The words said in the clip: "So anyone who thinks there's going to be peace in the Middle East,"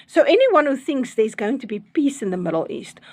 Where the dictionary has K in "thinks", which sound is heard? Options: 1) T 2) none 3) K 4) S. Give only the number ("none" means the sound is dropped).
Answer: 3